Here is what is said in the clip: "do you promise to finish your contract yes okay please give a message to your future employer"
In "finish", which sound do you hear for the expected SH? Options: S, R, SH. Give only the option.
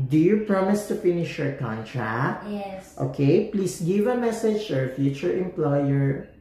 SH